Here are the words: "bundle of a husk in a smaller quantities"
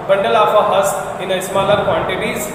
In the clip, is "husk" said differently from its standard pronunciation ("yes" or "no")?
yes